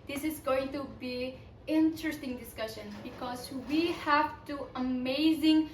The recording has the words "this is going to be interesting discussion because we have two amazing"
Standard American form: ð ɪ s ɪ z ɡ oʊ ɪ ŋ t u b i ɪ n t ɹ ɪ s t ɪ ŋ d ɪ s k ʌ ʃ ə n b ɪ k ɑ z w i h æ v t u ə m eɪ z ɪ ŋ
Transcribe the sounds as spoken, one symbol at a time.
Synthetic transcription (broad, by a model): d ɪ s ɪ z ɡ oʊ ɪ ŋ t u b i ɪ n t ɹ ɪ s t ɪ ŋ d ɪ s k ʌ ʃ ə n b ɪ k ɑ z w i h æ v t u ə m eɪ z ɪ ŋ